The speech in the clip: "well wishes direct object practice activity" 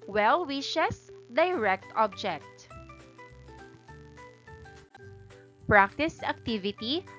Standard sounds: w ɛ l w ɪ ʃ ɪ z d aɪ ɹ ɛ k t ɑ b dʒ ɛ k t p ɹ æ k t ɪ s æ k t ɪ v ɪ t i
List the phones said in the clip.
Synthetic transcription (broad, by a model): w ɛ l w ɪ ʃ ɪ s d aɪ ɹ ɛ k t ɑ b dʒ ɛ k t p ɹ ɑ k t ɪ s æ k t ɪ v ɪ t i